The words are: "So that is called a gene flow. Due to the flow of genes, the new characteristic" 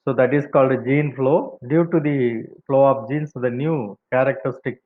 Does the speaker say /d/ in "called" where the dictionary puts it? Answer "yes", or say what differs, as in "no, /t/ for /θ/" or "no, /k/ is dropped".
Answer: yes